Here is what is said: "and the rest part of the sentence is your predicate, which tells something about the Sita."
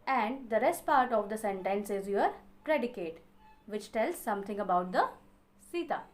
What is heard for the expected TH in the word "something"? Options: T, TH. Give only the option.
T